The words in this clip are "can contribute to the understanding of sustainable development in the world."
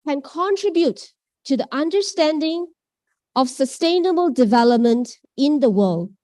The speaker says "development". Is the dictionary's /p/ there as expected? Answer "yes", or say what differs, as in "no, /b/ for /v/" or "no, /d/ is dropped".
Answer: yes